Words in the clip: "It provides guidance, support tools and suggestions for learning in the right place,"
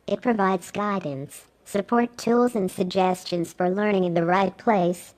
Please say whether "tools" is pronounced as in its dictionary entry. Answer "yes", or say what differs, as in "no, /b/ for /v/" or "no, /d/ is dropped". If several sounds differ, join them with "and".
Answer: yes